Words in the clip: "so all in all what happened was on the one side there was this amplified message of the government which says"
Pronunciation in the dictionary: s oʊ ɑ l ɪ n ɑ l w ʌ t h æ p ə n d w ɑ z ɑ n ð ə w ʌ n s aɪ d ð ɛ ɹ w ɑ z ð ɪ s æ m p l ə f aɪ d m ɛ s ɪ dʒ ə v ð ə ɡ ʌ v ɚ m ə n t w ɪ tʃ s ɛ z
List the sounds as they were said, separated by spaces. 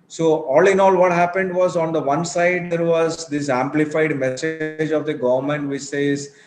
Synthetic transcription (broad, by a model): s oʊ ɑ l ɪ n ɑ l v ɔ t h æ p ə n d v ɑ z ɑ n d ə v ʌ n s aɪ d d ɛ ɹ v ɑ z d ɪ s æ m p l ə f aɪ d m ɛ s ɪ dʒ ə v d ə ɡ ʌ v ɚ m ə n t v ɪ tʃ s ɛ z